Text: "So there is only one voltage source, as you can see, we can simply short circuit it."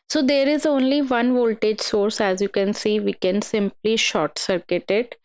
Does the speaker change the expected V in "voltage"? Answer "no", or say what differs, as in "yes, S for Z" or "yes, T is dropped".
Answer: no